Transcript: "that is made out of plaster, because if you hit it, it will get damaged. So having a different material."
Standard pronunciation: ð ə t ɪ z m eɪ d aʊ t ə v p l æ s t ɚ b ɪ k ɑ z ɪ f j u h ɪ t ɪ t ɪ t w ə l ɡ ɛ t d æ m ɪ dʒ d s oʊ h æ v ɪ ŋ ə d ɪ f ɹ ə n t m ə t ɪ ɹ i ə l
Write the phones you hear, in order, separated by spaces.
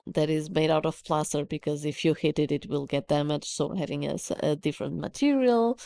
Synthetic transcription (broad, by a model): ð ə t ɪ z m eɪ d aʊ t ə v p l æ s t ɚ b ɪ k ɑ z ɪ f j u h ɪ t ɪ t ɪ t w ə l ɡ ɛ t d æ m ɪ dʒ s oʊ h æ v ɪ ŋ ə d ɪ f ɹ ə n t m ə t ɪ ɹ i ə l